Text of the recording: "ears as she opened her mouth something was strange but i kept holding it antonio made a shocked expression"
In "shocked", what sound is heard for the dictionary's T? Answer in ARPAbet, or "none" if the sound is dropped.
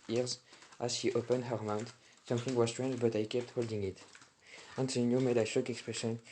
none